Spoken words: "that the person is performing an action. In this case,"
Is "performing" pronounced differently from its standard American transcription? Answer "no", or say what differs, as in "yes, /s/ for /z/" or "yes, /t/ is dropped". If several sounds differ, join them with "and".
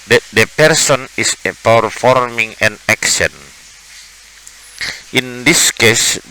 no